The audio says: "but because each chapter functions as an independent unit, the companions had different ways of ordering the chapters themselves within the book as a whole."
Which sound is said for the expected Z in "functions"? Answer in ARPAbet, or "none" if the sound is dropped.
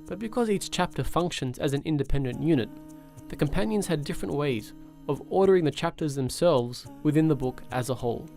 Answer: Z